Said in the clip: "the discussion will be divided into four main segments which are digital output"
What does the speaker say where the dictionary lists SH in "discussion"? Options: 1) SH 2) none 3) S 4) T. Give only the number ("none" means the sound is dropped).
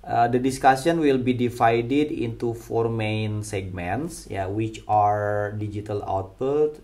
3